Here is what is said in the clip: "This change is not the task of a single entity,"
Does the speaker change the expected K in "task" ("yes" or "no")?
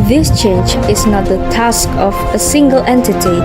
no